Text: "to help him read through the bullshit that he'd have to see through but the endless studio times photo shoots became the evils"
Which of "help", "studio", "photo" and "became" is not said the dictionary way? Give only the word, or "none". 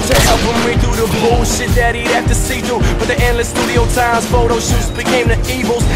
help